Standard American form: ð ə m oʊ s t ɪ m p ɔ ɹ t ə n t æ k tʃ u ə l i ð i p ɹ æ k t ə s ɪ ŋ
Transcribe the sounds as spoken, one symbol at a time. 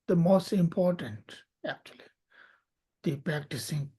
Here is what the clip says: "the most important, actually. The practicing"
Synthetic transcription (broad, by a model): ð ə m oʊ s t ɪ m p ɔ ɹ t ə n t æ k tʃ u ə l i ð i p ɹ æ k t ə s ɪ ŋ